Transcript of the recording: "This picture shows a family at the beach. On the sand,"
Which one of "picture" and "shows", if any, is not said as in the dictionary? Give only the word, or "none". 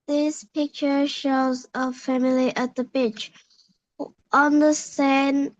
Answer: none